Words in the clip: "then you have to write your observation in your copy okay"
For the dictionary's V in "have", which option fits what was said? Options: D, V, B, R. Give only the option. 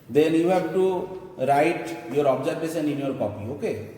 B